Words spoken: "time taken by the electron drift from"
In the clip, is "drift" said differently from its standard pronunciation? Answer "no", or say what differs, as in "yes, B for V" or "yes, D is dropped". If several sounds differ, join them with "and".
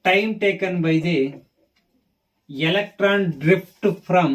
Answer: yes, P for F